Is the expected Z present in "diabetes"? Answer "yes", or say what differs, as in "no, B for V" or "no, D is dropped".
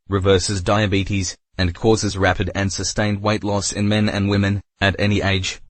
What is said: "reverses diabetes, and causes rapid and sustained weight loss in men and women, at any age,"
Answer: yes